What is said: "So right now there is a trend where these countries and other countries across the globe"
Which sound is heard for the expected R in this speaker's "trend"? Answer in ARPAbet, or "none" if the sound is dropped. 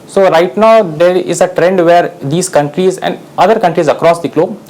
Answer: R